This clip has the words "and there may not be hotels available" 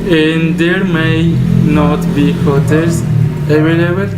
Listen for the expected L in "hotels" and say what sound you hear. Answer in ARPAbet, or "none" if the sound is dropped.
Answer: none